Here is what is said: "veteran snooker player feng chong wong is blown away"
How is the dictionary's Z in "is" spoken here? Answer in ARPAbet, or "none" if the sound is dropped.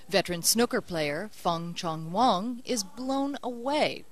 Z